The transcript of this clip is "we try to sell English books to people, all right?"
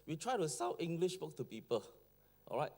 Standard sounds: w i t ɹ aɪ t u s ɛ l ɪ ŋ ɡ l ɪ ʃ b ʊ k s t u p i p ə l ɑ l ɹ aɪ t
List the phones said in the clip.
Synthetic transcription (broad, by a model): w i t ɹ aɪ t u s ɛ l ɪ ŋ ɡ l ɪ ʃ b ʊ k t u p i p ə l ɑ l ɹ aɪ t